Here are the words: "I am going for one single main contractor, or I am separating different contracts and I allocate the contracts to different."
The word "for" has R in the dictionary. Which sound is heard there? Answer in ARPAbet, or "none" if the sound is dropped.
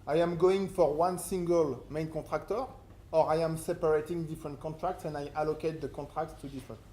R